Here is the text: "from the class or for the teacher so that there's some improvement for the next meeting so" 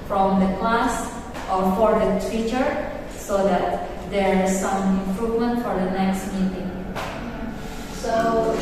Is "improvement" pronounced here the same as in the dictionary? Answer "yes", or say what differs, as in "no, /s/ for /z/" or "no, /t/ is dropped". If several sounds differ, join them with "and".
yes